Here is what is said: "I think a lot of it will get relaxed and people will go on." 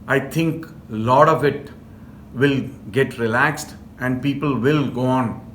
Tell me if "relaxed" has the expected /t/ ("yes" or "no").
yes